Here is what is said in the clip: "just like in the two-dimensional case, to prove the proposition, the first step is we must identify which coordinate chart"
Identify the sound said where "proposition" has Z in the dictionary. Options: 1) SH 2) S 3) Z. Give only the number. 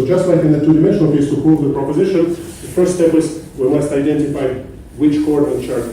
3